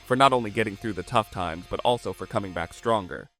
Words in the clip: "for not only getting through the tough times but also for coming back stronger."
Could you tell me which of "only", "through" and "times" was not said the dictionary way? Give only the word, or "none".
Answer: none